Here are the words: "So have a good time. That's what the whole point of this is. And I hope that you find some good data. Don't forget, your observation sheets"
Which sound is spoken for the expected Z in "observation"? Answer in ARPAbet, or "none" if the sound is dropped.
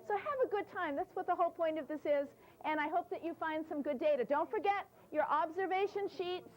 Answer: Z